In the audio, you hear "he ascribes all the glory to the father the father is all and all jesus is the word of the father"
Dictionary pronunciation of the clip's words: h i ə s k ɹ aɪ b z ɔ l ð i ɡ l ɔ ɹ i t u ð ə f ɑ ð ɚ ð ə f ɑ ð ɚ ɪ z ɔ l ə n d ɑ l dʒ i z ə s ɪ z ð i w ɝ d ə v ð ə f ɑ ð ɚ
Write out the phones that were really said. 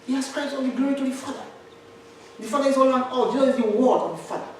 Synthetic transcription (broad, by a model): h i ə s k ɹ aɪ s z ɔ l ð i ɡ l ɔ ɹ i t u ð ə f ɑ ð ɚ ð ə f ɑ ð ɚ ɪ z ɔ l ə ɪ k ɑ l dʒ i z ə ɪ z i w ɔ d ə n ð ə f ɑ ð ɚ